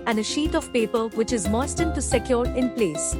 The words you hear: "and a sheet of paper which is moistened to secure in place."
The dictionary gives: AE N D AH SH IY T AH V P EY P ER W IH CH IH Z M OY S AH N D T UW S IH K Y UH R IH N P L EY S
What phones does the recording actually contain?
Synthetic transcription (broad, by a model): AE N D AH SH IY T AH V P EY P ER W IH CH IH Z M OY S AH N T UW S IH K Y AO R IH N P L EY S